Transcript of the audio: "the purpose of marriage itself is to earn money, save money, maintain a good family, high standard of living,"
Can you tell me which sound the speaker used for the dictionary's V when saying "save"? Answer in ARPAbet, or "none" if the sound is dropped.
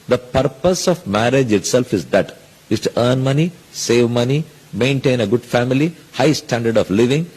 V